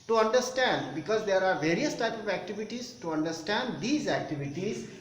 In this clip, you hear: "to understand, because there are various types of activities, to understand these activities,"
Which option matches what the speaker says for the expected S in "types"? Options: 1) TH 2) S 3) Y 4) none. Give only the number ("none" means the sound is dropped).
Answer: 4